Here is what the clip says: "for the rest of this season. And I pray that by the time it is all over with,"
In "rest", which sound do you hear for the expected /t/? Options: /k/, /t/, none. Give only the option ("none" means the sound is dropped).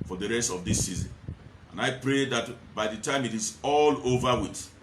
/t/